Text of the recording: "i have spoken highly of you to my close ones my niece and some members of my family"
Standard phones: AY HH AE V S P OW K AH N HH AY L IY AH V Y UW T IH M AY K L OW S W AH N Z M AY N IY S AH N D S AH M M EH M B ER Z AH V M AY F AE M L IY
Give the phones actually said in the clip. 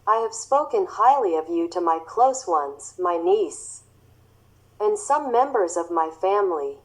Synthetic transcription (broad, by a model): AY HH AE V S P OW K AH N HH AY L IY AH V Y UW T IH M AY K L OW S W AH N Z M AY N IY S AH N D S AH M M EH M B ER Z AH V M AY F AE M L IY